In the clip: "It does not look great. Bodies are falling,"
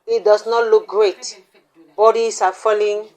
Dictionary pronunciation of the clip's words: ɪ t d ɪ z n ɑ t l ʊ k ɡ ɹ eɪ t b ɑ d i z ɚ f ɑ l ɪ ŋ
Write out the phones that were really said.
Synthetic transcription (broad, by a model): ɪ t d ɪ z n ɑ t l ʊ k ɡ ɹ eɪ t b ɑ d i s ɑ f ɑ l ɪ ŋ